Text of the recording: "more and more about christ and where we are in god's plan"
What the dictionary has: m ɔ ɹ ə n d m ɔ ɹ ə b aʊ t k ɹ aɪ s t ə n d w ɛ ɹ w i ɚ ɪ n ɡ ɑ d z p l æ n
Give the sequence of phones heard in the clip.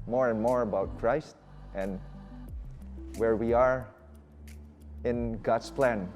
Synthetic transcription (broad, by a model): m ɔ ɹ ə n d m ɔ ɹ ə b aʊ t k ɹ aɪ s t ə n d w ɛ ɹ w i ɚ ɪ n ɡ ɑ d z p l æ n